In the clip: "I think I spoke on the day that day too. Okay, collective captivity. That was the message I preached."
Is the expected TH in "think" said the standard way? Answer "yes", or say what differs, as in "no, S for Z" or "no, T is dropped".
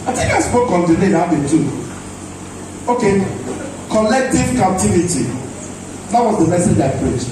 no, T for TH